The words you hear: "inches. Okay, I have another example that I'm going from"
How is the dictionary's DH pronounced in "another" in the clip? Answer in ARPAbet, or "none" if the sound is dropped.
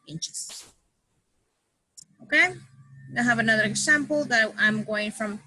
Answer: DH